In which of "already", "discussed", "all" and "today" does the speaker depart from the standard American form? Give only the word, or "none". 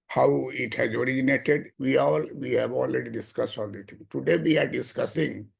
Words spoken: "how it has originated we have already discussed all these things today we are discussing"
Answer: none